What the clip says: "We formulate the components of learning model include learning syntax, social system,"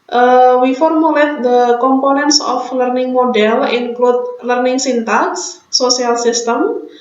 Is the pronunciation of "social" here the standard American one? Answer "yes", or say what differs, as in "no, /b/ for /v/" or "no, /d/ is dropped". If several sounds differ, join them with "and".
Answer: no, /ʃ/ is dropped